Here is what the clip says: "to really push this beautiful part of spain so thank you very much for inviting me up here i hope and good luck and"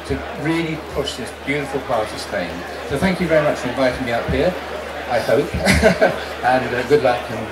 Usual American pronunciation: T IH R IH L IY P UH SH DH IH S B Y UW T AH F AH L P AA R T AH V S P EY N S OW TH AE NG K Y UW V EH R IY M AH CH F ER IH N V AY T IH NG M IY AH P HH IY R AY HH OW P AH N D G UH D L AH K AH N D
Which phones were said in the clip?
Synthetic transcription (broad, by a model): T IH R IH L IY P UH SH DH IH S B Y UW T AH F AH L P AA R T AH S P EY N S OW TH AE NG K Y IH V EH R IY M AH CH F ER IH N V AY T IH NG M IY AH P HH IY R AY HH OW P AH N G UH D L AH K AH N